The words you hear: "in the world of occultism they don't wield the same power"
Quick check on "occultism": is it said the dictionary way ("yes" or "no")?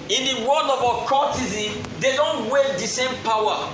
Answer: no